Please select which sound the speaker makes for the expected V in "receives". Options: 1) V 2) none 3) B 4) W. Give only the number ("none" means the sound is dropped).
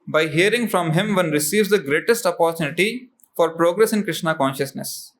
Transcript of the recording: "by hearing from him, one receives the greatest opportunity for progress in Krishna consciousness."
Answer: 1